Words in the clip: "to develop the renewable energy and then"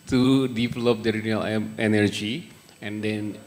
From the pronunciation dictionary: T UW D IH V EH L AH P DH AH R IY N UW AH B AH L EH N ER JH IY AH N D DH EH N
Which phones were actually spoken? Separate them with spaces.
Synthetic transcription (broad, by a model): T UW D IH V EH L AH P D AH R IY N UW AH AH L EH N ER JH IY AH N D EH N